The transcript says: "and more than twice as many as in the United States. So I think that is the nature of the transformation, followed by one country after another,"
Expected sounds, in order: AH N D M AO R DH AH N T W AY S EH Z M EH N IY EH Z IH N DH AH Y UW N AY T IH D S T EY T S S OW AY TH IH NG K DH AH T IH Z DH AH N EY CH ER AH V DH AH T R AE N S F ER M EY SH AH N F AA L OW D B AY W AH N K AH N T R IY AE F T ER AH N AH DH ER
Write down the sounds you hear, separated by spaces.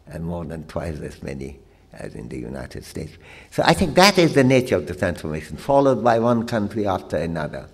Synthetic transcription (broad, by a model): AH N M AO R DH AH N T W AY S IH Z M EH N IY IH Z IH N DH AH Y UW N AY T IH D S T EY T S S OW AY TH IH NG K DH AH T IH Z DH AH N EY CH ER AH V DH AH T R AE N S F ER M EY SH AH N F AA L OW D B AY W AH N K AH N T R IY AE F T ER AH N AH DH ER